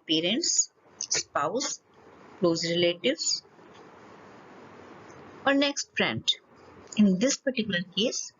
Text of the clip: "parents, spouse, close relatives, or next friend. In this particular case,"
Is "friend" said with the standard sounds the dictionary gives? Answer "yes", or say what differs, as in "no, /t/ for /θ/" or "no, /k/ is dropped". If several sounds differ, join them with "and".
no, /p/ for /f/